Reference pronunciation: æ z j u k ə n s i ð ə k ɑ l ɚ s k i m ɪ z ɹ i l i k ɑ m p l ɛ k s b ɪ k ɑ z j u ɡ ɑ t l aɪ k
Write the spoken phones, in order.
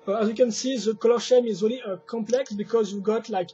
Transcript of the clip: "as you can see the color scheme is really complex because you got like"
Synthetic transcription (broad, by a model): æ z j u k ə n s i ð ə k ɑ l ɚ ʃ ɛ m ɪ z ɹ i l i k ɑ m p l ɛ k s b ɪ k ɑ z j u ɡ ɑ t l aɪ k